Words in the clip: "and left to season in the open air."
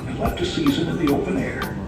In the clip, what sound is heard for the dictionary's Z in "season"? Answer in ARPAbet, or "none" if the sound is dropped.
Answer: Z